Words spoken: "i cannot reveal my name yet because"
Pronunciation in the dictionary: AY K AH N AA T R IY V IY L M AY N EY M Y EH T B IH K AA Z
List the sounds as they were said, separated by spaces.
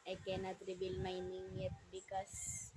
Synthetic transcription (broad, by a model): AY K AH N AA T R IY B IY L M AY N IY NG Y EH T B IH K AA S